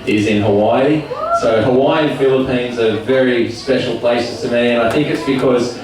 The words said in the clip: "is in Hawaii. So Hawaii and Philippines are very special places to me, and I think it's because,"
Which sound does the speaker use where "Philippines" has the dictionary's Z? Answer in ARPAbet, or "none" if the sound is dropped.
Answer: Z